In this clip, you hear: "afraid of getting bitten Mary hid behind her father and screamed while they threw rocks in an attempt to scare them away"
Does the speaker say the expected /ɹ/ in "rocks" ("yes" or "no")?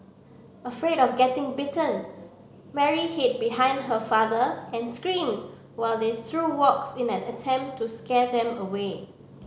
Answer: no